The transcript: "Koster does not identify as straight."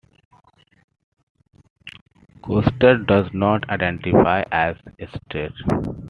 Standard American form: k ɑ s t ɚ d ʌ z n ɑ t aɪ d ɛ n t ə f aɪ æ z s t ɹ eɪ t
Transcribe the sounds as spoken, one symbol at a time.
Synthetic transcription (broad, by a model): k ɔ s t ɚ d ʌ z n ɑ t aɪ d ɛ n t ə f aɪ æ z s t eɪ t